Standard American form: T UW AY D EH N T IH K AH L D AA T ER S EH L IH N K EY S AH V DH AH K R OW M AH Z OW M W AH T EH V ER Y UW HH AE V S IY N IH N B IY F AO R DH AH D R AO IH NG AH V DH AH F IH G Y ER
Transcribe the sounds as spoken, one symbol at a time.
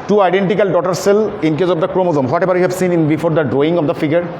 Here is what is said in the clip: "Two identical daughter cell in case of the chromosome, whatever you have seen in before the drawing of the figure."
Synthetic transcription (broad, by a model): T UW AY D EH N T IH K AH L D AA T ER S EH L IH N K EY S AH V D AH K R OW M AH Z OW M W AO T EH B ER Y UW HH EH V S IY N IH N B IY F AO R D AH D R AO IH NG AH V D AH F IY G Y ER